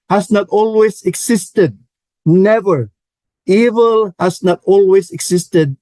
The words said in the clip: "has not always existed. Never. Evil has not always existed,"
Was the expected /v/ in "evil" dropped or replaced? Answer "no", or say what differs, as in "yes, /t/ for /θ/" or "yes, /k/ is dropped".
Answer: no